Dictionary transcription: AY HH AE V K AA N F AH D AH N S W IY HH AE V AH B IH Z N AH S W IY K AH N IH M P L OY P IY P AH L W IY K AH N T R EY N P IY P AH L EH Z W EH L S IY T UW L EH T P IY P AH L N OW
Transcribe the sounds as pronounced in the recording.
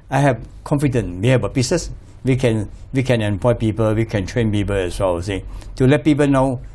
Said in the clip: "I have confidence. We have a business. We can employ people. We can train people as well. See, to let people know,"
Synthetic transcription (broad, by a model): AY HH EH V K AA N F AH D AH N W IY HH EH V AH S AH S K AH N W IY K AH N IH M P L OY P IY P AH L W IY K AH N T R EY N P IY P AH L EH S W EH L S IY T UW L EH T P IY P AH L N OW